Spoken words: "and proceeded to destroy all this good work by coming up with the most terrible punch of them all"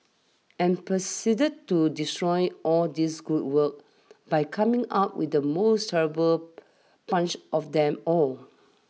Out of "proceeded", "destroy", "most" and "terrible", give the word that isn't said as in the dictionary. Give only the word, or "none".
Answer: proceeded